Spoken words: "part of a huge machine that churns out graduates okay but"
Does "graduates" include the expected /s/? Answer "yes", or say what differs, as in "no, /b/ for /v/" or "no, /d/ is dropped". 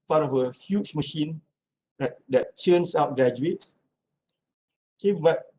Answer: no, /s/ is dropped